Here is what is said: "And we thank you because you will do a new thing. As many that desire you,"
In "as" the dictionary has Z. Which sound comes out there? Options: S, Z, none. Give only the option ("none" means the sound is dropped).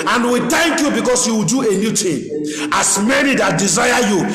S